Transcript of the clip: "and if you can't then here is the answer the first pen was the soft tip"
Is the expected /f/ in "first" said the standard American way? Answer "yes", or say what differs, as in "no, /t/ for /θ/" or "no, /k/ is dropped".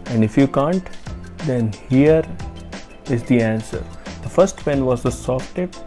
yes